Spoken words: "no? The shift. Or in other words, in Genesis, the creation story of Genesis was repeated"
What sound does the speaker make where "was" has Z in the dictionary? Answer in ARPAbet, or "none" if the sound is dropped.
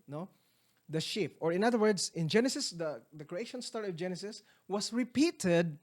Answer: S